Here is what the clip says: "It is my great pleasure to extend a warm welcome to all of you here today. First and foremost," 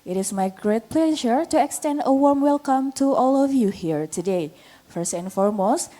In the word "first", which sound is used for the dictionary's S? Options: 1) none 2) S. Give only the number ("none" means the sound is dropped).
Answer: 2